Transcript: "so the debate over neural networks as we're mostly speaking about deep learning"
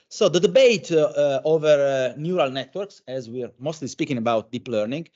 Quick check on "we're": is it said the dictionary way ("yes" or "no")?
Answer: yes